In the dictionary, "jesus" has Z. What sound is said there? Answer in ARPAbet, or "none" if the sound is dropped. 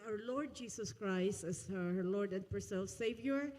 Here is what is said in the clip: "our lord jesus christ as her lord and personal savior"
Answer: S